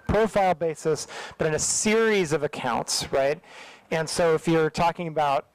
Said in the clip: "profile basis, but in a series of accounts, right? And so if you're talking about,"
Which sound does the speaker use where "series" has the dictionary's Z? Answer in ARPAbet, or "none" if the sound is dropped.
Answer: Z